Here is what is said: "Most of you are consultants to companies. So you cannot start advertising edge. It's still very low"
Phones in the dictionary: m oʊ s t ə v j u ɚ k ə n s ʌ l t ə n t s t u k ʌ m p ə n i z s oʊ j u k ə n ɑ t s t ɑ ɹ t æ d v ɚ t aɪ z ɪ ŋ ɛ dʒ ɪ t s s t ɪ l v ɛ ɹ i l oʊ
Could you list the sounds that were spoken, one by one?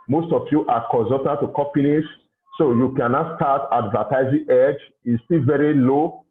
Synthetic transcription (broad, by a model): m oʊ s t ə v j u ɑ k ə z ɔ t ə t t u k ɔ p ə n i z s oʊ j u k ə n ɑ t s t ɑ t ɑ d v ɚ t aɪ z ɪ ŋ ɛ dʒ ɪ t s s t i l v ɛ ɹ i l oʊ